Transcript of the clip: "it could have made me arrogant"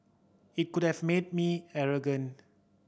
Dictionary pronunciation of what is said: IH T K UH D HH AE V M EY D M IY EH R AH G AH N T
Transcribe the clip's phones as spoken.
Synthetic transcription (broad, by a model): IH T K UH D HH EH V M EY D M IY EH R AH G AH N